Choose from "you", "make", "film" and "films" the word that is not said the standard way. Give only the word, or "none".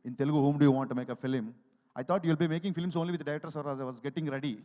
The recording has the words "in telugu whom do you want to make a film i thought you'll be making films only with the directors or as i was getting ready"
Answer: films